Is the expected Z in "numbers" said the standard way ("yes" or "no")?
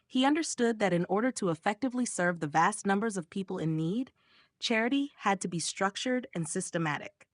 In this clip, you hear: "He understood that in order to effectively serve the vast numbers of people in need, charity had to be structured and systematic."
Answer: yes